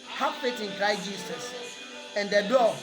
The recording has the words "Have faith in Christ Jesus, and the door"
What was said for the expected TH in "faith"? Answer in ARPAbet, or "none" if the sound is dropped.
T